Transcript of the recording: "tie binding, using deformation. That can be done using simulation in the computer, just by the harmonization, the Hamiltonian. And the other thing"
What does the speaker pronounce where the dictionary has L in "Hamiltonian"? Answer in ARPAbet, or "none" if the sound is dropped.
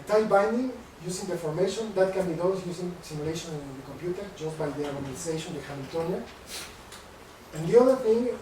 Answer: none